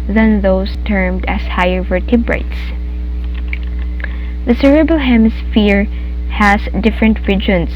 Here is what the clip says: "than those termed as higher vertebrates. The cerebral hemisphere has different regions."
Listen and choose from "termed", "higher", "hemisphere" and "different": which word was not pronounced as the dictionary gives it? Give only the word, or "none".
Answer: none